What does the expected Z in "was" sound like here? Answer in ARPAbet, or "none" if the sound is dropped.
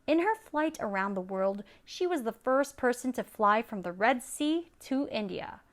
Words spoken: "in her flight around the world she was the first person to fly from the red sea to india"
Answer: Z